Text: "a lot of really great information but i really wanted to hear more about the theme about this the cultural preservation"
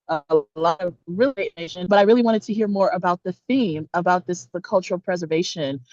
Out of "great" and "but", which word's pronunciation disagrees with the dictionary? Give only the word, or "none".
great